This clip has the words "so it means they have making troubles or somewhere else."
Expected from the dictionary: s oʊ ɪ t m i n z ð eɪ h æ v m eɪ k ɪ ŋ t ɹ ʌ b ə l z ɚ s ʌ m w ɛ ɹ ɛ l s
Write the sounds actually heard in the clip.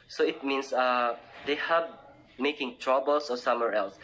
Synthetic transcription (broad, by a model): s oʊ ɪ t m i n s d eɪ h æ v m eɪ k ɪ ŋ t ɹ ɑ b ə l s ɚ s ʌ m w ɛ ɹ ɛ l s